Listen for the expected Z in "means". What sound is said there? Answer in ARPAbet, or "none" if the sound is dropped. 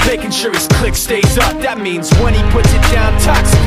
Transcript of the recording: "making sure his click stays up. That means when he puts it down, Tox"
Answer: Z